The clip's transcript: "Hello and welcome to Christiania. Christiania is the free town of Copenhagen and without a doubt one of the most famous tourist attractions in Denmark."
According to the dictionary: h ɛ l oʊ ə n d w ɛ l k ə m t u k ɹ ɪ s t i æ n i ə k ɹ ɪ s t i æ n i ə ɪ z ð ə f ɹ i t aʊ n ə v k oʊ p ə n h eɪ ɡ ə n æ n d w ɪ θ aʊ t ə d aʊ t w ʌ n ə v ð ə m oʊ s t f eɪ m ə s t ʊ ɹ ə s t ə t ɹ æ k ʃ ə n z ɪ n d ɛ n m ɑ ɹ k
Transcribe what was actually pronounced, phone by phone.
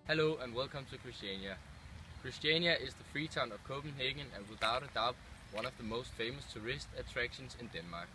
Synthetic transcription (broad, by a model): h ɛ l oʊ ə n w ɛ l k ə m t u k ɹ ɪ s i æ n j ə k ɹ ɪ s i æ n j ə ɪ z ð ə f ɹ i s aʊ n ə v k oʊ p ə n h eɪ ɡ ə n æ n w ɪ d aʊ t ə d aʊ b w ʌ n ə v ð ə m oʊ s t f eɪ m ə s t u ɹ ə s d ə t ɹ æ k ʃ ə n s ɪ n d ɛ n m ɑ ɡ